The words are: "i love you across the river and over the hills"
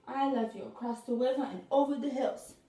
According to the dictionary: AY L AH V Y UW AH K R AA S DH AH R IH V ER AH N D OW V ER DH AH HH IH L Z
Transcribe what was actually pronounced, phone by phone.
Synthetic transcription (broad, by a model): AY L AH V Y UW AH K R AA S DH AH W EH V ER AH N OW V ER DH AH HH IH L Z